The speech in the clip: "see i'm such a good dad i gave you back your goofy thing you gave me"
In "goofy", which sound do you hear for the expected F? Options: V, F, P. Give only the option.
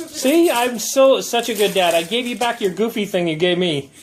F